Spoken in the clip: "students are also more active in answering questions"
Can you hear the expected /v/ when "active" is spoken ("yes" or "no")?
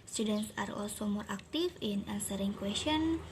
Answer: no